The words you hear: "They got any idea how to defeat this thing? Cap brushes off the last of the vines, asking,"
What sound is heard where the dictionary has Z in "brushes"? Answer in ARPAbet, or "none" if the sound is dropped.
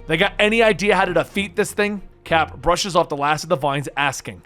Z